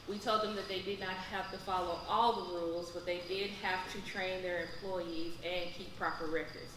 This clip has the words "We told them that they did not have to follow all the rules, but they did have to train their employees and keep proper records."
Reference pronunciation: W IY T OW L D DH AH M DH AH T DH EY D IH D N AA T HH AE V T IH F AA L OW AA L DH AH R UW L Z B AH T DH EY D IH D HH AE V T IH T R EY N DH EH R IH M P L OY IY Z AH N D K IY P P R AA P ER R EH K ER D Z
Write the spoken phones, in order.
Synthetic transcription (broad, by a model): W IY T OW L D DH AH M DH AH T DH EY D IH D N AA T HH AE F T IH F AA L OW AA L DH AH R UW L Z B AH T DH EY D IH D HH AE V T IH T R EY N DH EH R IH M P L OY IY Z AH N K IY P P R AA P ER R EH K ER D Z